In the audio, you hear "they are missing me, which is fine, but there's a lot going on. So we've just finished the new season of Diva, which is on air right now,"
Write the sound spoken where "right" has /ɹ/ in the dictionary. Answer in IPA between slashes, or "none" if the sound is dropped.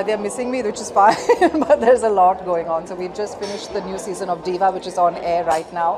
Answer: /ɹ/